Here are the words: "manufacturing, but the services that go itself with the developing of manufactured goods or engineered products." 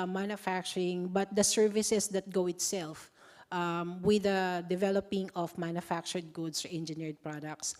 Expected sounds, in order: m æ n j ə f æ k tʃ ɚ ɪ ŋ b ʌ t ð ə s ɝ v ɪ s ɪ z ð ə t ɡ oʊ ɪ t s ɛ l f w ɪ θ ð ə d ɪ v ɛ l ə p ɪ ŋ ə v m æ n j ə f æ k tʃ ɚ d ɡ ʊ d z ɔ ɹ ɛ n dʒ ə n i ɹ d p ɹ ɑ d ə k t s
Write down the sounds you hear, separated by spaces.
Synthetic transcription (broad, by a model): m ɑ n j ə f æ k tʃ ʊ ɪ ŋ b ʌ t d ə s ɝ v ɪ s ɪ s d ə t ɡ oʊ ɪ t s ɛ l f w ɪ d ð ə d ɪ v ɛ l ə p ɪ ŋ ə f m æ n j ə f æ k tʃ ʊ d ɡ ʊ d s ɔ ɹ ɛ n dʒ ə n i ɹ d p ɹ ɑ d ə k t s